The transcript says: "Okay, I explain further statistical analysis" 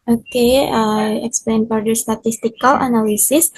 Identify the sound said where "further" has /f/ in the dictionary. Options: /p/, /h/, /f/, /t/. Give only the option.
/p/